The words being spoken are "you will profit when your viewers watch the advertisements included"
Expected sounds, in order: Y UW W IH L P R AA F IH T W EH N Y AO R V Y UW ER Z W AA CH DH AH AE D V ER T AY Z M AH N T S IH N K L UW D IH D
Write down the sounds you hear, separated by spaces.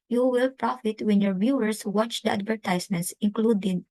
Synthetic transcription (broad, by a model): Y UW W IH L P R AA F IH T W EH N Y AO R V Y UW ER S W AA CH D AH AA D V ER T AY S M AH N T S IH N K L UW D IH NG